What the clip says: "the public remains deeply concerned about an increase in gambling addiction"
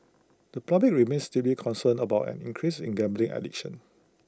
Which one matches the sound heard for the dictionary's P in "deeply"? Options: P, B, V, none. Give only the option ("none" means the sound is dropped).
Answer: none